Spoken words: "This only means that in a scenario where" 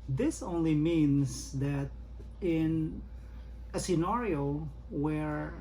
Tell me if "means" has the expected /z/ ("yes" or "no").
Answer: no